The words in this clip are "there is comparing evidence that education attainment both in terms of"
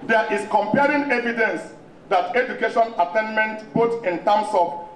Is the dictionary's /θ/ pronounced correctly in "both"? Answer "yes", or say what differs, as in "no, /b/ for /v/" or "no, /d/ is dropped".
no, /t/ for /θ/